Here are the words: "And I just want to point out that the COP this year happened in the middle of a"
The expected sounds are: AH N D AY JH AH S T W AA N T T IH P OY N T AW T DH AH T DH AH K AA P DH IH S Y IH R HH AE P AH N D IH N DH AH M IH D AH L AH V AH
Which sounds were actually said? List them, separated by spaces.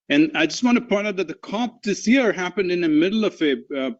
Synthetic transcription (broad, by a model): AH N AY JH AH S T W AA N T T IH P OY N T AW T DH AH T DH AH K AA P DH IH S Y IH R HH AE P AH N D IH N DH AH M IH D L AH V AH